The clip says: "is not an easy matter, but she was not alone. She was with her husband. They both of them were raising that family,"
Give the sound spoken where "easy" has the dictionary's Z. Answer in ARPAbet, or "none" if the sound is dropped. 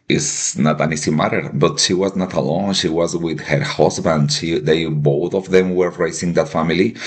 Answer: S